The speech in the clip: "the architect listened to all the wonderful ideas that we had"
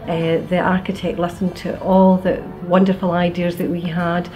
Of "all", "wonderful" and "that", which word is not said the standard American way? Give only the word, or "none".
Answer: none